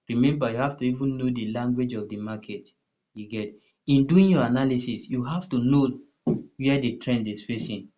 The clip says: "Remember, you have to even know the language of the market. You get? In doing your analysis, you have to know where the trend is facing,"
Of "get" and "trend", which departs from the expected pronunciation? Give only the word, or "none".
none